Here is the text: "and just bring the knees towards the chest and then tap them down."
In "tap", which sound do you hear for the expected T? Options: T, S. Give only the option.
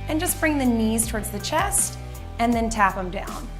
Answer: T